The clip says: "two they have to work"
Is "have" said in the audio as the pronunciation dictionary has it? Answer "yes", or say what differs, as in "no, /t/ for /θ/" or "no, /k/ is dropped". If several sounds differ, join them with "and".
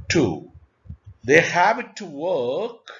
no, /b/ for /v/